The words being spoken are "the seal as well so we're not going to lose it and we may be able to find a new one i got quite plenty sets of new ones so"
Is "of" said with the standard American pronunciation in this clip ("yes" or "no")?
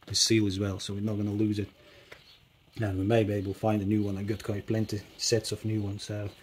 no